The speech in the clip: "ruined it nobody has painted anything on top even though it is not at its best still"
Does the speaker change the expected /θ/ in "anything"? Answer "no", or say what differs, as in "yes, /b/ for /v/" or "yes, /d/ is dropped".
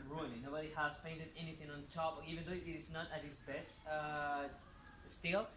no